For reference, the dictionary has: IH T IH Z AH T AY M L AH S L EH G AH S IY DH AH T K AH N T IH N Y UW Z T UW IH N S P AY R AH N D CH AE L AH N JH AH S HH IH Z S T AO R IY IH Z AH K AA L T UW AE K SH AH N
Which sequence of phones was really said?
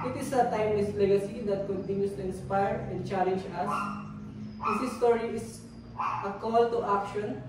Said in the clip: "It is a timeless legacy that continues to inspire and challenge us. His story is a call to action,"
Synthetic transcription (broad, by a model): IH T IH S AH T AY M W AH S L EH G AH S IY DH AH T K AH N T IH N Y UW S T UW IH N S P AY R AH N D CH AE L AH N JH AH S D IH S S T AO R IY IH S AH K AA L T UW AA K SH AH N